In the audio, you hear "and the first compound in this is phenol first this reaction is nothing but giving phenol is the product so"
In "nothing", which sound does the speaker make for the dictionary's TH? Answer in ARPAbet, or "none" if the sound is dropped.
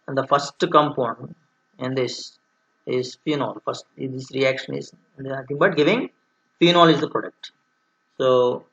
T